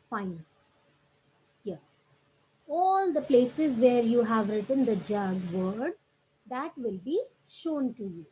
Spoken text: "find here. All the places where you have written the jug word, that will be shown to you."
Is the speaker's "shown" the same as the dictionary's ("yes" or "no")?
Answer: yes